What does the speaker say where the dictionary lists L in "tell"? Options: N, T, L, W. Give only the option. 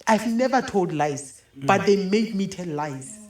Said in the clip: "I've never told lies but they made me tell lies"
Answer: N